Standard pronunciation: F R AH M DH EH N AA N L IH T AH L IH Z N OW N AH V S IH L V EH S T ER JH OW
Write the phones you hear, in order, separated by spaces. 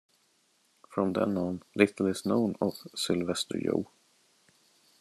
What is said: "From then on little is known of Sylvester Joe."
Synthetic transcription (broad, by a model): F R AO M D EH N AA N L IH T AH L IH S N OW N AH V S IH L V EH S T ER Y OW